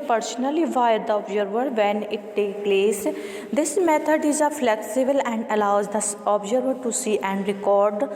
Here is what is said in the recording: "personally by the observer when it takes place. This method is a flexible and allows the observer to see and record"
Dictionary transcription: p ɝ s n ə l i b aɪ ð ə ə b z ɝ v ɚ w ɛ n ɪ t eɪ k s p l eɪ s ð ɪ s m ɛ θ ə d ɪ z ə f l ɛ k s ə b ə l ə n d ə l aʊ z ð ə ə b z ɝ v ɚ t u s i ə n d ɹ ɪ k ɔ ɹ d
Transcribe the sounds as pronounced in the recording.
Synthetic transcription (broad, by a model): p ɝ s n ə l i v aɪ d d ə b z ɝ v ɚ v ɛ n ɪ t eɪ k p l eɪ s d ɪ s m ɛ t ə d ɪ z ə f l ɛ k s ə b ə l ə n d ə l aʊ z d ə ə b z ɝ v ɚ t u s i ə n d ɹ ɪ k ɔ ɹ d